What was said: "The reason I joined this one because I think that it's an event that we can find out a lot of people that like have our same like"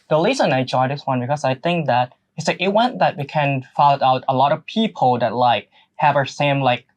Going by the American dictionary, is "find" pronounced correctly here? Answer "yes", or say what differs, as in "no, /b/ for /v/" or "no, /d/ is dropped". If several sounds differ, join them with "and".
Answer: no, /l/ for /n/